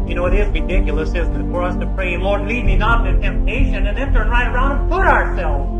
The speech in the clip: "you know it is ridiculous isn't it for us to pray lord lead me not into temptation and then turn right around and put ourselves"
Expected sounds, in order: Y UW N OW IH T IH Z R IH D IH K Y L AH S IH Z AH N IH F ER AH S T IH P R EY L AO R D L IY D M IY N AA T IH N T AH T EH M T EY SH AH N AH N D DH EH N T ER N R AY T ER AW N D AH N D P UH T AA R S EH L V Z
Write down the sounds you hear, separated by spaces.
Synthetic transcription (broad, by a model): Y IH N OW IH T IH Z R IH D IH K Y L AH S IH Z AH IH F ER AH S T IH P R EY L AO R D L IY D M IY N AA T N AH T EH M T EY SH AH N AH N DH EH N T ER N R AY T ER AW N D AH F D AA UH AA R S EH L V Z